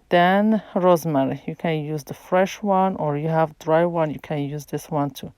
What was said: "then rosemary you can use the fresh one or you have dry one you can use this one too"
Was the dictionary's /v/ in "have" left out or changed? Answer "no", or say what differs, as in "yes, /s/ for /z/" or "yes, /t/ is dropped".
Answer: no